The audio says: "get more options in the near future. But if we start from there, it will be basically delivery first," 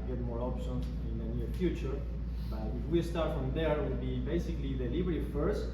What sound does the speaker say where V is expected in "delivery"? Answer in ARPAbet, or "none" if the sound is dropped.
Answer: B